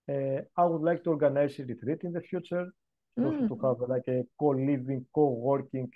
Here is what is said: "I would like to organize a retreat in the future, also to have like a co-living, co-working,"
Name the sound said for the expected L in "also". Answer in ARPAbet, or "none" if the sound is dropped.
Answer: none